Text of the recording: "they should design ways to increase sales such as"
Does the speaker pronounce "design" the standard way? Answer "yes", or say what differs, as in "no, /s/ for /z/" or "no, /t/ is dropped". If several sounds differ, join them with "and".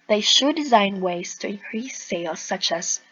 yes